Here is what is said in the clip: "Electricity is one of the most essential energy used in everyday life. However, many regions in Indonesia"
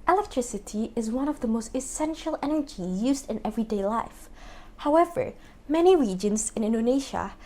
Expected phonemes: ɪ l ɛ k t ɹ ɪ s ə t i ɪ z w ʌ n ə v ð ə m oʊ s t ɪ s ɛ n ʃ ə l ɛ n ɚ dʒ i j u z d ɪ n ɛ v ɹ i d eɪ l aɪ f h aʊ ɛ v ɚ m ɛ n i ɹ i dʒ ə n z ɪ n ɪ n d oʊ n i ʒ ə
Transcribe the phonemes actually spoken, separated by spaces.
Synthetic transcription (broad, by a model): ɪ l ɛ k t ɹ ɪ s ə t i ɪ z w ʌ n ə v ð ə m oʊ s t ɪ s ɛ n ʃ ə l ɛ n ɚ dʒ i j u z d ɪ n ɛ v ɹ i d eɪ l aɪ f h aʊ ɛ v ɚ m ɛ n i ɹ i dʒ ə n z ɪ n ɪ n d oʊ n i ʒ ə